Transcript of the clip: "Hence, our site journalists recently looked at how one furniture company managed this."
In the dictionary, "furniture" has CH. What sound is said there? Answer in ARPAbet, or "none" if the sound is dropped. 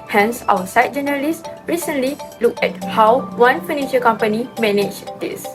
SH